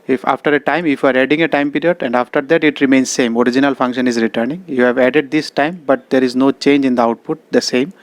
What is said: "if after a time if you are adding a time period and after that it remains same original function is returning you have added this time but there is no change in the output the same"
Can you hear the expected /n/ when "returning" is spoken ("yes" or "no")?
yes